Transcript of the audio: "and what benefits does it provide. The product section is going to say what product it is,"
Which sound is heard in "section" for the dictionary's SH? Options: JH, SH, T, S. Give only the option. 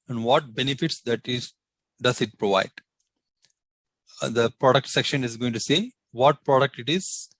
SH